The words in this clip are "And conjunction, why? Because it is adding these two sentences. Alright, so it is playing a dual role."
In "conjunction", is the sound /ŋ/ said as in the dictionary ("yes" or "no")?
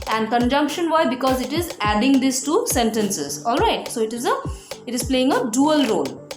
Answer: yes